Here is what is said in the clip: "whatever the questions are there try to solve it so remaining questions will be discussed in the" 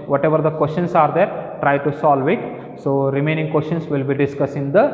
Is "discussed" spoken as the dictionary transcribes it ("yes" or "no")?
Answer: no